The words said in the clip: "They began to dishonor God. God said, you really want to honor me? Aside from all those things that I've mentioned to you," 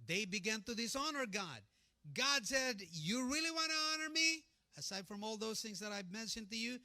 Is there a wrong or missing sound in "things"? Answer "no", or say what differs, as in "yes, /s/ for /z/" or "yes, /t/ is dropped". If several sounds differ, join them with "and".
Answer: no